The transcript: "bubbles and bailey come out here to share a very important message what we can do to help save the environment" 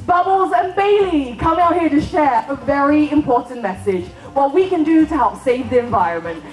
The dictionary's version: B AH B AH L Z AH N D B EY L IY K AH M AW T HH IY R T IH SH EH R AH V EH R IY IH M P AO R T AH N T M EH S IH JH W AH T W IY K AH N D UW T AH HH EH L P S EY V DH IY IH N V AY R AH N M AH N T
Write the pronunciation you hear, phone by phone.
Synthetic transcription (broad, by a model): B AH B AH L Z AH N B EY L IY K AH M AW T HH IY R T IH SH EH R AH V EH R IY IH M P AO R T N M EH S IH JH W AH T W IY K AH N D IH T AH HH EH L P S EY V DH IY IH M V AY R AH N M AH N T